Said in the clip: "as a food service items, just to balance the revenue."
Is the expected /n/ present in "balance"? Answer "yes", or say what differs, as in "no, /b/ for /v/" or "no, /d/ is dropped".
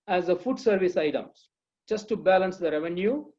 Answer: yes